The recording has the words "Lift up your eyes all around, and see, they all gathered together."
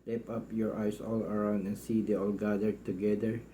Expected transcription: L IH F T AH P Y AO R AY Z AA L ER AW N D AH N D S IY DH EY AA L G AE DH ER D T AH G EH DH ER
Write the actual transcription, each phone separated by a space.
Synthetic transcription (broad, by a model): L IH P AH P Y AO R AY S AA L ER AW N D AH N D S IY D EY AA L G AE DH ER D T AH G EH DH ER